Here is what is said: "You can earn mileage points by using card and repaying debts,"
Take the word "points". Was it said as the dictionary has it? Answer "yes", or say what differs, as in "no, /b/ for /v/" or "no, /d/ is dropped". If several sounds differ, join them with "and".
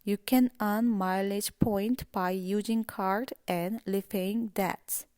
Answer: no, /s/ is dropped